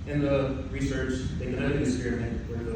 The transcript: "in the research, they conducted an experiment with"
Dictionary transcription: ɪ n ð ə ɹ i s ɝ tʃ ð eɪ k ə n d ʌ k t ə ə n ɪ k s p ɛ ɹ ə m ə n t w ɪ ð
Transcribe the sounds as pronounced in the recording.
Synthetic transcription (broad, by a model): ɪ n ð ə ɹ i s ɝ tʃ ð eɪ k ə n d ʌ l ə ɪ s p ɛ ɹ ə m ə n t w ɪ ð